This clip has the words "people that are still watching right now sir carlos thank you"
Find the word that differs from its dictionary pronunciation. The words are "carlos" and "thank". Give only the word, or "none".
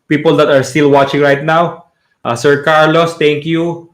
thank